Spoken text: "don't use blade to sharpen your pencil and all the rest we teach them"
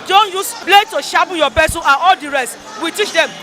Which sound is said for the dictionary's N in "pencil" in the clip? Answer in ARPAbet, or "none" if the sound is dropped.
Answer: none